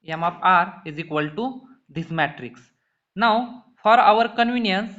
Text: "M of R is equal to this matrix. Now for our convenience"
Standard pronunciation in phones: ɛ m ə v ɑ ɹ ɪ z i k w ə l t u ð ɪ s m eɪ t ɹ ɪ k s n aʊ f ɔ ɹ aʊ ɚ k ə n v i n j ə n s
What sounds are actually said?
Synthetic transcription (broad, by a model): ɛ m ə p ɑ ɹ ɪ z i k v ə l t u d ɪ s m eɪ t ɹ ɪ k s n aʊ f ɔ ɹ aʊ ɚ k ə n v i n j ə n s